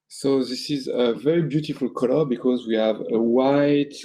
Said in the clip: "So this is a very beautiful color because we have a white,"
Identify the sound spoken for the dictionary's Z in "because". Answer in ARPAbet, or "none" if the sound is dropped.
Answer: Z